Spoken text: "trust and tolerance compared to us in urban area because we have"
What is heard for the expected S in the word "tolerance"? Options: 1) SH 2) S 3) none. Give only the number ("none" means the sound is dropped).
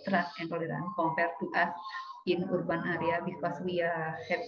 3